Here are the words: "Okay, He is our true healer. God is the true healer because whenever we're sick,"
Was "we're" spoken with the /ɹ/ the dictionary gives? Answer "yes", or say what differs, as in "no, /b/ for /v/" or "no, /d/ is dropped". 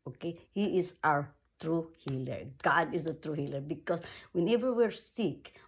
yes